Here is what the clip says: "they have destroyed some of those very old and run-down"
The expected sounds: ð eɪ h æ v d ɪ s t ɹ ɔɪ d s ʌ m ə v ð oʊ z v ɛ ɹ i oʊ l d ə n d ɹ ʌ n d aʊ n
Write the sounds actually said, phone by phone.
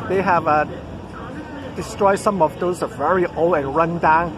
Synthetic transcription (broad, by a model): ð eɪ h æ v d ɪ s t ɹ ɔɪ d s ʌ m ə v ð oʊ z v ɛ ɹ i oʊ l ə n ɹ ʌ n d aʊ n